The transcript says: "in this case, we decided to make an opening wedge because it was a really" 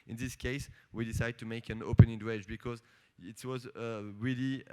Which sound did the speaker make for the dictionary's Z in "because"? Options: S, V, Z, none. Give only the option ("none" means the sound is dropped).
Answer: Z